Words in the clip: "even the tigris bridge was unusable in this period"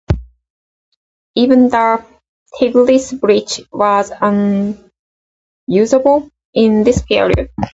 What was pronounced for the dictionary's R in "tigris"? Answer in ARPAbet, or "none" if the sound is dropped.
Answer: L